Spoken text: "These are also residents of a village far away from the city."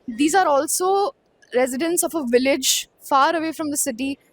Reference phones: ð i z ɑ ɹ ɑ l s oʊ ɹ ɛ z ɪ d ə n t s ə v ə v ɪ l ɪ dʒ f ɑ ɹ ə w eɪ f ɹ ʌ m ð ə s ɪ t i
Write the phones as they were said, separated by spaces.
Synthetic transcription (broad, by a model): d i z ɑ ɹ ɑ l s oʊ ɹ ɛ z ɪ d ə n t s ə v ə v ɪ l ɪ dʒ f ɑ ɹ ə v eɪ f ɹ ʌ m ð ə s ɪ t i